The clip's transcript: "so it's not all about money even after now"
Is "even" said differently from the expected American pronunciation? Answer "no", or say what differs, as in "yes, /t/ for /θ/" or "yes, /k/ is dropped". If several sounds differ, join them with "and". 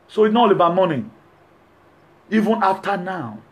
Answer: no